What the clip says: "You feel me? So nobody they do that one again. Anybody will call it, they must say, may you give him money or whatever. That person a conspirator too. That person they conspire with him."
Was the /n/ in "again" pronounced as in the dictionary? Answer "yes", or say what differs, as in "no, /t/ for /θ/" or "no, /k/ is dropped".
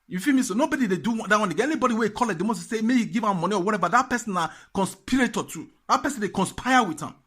no, /n/ is dropped